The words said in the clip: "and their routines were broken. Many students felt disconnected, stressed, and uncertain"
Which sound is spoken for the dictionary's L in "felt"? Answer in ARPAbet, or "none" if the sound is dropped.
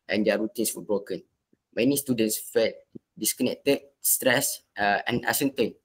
none